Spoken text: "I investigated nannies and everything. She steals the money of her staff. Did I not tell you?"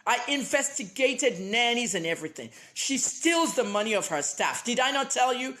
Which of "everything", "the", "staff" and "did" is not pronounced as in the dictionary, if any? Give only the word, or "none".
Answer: none